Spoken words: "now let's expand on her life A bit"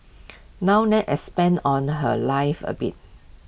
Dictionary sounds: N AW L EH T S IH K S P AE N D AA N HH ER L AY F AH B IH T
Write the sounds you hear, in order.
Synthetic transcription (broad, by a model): N AW N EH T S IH S P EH N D AA N HH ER L AY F AH B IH T